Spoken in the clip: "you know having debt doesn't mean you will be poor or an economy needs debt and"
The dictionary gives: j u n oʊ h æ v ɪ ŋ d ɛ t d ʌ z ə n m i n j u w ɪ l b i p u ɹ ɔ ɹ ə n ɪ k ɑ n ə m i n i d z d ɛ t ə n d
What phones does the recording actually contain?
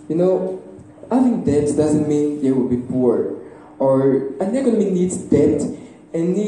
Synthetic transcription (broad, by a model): j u n oʊ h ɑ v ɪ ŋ d ɛ t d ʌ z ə n m i n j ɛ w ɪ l b i p u ɹ ɔ ɹ ə n ɪ k ɑ n ə m i n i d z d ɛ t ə n